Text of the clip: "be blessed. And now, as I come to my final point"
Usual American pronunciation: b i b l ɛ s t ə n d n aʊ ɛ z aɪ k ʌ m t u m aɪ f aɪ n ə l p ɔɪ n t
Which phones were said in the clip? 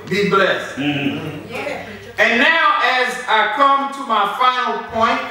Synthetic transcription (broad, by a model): b i b l ɛ s t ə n n aʊ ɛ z aɪ k ʌ m t u m aɪ f aɪ n ə l p ɔɪ n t